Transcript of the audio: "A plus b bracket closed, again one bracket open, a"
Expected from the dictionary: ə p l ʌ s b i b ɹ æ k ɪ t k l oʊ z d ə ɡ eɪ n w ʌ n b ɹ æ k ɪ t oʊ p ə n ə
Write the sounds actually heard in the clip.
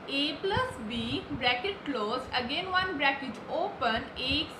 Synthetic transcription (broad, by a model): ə p l ʌ s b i b ɹ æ k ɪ t k l oʊ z ə ɡ eɪ n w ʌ n b ɹ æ k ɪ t oʊ p ə n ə